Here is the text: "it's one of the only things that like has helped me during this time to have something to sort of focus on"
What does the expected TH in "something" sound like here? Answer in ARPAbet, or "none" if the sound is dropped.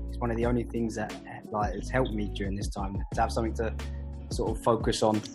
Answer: TH